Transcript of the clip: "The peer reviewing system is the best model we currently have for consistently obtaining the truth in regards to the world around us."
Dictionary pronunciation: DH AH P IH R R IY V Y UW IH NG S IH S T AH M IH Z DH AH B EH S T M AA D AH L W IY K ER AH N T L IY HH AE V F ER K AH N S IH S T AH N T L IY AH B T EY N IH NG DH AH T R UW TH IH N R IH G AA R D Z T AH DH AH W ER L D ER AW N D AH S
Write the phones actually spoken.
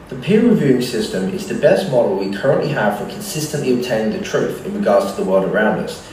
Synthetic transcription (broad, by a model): DH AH P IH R R IY V Y UW IH NG S IH S T AH M IH Z DH AH B EH S T M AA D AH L W IY K ER AH N T L IY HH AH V F ER K AH N S IH S T AH N T L IY AH B T EY N IH NG DH AH T R UW TH IH N R IH G AA R D Z T AH DH AH W ER L D ER AW N D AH S